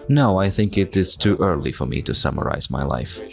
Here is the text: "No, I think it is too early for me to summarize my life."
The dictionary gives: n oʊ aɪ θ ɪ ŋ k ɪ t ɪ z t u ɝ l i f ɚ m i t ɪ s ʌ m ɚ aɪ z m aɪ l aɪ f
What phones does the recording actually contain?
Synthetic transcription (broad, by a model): n oʊ aɪ θ ɪ ŋ k ɪ t ɪ z t u ɝ l i f ɚ m i t ɪ s ʌ m ɚ aɪ z m aɪ l aɪ f